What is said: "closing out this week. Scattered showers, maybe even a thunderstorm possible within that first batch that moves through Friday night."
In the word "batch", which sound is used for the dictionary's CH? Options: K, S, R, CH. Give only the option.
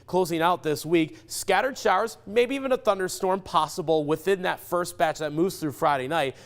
CH